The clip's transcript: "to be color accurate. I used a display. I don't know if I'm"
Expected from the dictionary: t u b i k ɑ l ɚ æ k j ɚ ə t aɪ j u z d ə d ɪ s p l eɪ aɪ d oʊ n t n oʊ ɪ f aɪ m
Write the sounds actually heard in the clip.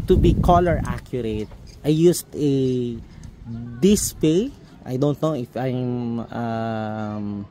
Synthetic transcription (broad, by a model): t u b i k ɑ l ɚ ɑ k j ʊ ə t aɪ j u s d ə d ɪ s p eɪ aɪ d oʊ n t n oʊ ɪ f aɪ m